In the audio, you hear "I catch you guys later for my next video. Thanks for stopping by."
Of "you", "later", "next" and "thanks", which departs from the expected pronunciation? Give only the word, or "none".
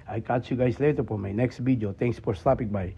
thanks